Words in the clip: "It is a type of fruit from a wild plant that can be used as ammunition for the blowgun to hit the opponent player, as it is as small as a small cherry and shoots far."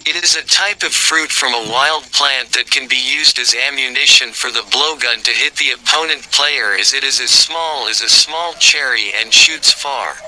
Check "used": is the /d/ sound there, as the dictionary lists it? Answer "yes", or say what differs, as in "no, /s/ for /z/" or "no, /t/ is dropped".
yes